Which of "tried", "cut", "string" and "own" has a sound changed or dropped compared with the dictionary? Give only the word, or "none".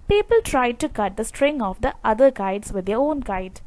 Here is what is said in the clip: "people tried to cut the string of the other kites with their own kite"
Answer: none